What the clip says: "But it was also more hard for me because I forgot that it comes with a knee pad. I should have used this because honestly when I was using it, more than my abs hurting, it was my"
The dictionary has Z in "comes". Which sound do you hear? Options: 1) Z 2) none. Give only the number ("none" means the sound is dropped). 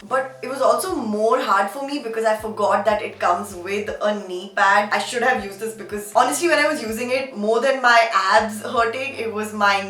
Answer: 1